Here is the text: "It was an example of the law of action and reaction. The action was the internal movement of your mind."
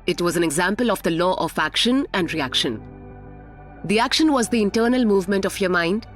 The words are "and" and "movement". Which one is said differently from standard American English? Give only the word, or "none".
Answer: none